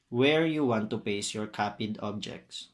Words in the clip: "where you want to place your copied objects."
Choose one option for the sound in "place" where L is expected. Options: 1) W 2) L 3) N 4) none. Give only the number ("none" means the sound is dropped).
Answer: 4